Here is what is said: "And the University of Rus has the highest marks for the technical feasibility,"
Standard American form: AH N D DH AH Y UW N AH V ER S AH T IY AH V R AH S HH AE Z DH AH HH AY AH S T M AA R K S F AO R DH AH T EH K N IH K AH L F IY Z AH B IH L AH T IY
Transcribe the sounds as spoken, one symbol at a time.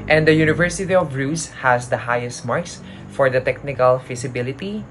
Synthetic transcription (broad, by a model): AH N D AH Y UW N AH V ER S AH T IY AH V R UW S HH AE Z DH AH HH AY AH S T M AA R K S F AO R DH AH T EH K N IH K AH L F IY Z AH B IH L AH T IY